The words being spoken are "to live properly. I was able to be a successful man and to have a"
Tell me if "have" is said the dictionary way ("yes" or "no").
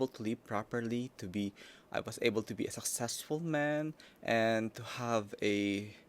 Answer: yes